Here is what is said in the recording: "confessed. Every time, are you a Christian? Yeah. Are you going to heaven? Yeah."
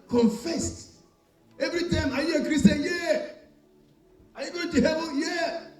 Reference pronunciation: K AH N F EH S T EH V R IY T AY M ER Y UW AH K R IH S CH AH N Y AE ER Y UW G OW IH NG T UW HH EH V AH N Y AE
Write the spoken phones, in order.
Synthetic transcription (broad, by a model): K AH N F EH S T EH V R IY T AY M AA Y UW AH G R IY S AH Y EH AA Y UW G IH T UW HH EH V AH Y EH